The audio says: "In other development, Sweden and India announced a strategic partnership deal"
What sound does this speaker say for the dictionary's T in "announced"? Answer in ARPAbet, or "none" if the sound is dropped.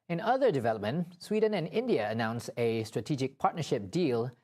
none